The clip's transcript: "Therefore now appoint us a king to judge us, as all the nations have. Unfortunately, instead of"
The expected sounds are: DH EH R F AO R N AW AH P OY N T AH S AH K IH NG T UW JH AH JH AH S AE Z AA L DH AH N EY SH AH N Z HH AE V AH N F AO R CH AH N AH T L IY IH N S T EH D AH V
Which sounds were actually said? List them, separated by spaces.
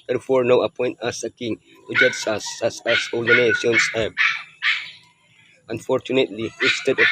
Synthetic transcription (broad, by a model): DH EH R F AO R N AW AH P OY N T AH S AH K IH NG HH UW JH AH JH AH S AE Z AA L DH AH N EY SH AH N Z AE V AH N F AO R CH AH N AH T L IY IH S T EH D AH